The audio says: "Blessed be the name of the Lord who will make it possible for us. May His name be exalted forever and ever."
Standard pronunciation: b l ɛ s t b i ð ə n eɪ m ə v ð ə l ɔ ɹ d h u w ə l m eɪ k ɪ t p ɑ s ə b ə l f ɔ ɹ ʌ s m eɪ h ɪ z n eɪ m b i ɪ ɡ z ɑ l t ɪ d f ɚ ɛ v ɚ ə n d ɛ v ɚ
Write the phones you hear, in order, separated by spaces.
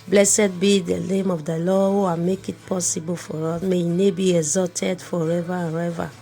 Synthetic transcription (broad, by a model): b l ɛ s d b i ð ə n eɪ m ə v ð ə l ɔ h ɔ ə m eɪ k ɪ t p ɑ s ə b ə l f ɔ ɹ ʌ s m eɪ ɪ n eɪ b i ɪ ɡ z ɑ t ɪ d f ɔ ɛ v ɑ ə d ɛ v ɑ